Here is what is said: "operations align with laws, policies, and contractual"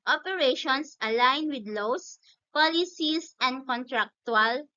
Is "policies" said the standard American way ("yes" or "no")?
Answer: no